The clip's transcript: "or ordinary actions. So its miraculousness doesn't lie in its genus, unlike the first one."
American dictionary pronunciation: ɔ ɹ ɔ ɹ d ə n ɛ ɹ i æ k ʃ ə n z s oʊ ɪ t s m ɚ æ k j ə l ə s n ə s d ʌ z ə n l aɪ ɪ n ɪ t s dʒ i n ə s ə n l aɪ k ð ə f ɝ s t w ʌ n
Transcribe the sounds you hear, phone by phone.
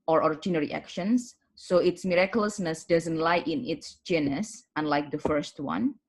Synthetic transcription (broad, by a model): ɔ ɹ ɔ ɹ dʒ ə n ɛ ɹ i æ k ʃ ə n s oʊ ɪ t s m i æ k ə l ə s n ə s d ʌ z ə n l aɪ ɪ n ɪ t s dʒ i n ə s ə n l aɪ k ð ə f ɝ s t w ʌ n